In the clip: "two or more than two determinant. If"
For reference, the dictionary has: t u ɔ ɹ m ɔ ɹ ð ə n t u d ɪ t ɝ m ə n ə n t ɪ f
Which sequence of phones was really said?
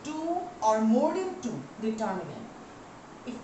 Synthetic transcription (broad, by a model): t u ɔ ɹ m ɔ ɹ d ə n t u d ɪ t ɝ ə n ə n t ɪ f